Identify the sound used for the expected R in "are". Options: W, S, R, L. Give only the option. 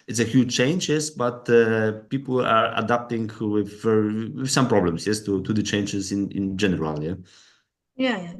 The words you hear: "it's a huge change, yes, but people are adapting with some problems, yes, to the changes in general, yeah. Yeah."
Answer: R